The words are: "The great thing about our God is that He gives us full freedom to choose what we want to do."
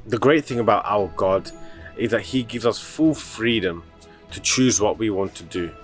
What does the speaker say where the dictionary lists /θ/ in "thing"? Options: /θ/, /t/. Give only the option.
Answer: /θ/